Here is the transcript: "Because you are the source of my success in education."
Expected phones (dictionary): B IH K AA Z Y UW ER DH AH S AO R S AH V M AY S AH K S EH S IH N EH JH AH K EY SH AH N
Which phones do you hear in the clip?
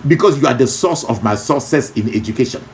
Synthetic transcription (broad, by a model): B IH K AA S Y UW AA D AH S AO S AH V M AY S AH S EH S IH N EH JH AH K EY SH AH N